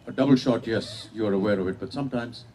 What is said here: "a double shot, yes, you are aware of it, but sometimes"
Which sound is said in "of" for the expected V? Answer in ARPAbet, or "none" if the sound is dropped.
V